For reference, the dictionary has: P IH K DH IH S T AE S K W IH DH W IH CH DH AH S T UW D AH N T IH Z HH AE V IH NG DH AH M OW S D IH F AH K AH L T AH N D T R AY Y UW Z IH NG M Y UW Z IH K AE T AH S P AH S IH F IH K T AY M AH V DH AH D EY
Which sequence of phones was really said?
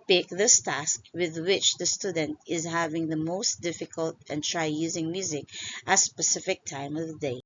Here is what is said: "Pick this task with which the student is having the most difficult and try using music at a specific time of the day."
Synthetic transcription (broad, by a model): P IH K DH IH S T AE S K W IH DH W IH CH DH AH S T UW D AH N T IH Z HH AE V IH NG DH AH M OW S D IH F AH K AH L T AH N T R AY Y UW Z IH NG M Y UW Z IH K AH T S P AH S IH F IH K T AY M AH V DH AH D EY